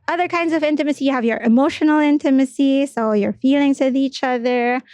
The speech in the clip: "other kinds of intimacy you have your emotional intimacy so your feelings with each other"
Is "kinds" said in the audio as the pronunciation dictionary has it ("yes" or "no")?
yes